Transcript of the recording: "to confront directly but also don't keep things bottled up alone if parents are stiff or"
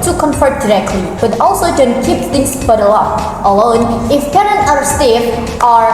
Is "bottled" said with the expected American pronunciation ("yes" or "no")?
no